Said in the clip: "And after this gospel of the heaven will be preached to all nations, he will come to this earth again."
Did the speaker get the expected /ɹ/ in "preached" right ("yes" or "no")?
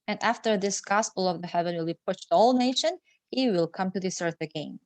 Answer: no